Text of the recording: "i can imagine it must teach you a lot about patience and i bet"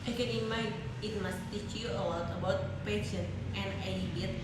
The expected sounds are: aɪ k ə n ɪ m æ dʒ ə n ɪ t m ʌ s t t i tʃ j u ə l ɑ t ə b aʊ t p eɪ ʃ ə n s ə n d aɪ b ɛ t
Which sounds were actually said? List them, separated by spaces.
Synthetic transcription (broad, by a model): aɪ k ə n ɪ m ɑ ə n ɪ t m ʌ s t t i tʃ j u ə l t ə b aʊ t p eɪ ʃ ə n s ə n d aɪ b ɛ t